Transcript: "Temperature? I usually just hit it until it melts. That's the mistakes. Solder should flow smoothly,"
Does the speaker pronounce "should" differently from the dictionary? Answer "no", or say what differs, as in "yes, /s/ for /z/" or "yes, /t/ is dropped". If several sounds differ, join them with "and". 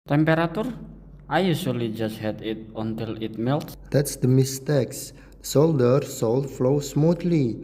yes, /s/ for /ʃ/